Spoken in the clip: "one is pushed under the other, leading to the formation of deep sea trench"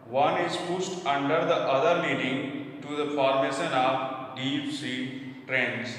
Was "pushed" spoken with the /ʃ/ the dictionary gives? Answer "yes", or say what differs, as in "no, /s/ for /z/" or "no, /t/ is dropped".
no, /s/ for /ʃ/